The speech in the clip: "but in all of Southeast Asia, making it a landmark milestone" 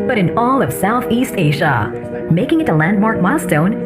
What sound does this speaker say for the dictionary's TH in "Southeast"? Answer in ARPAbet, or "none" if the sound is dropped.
TH